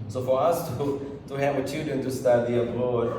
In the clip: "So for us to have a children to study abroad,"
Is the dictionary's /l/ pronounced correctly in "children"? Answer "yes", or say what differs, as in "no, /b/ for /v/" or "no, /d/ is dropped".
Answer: no, /l/ is dropped